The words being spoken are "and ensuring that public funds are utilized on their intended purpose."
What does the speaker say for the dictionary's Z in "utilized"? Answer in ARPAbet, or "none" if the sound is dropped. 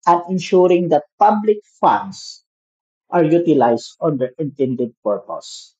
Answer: S